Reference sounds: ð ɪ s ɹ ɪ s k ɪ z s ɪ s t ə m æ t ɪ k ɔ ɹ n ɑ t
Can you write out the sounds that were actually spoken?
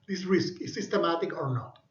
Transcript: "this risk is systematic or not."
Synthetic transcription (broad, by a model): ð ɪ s ɹ ɪ s k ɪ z s ɪ s t ə m æ t ɪ k ɔ ɹ n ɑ t